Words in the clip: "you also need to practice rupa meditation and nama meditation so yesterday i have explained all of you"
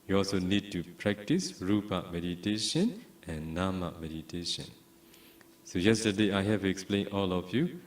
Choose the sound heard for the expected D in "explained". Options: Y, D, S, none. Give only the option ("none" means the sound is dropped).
none